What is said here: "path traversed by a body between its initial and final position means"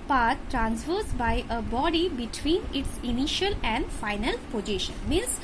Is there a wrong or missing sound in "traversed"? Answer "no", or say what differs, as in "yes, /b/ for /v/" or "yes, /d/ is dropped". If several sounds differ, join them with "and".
yes, /f/ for /v/